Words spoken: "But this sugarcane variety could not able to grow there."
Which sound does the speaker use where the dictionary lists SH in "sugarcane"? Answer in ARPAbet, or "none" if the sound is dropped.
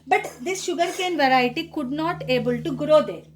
SH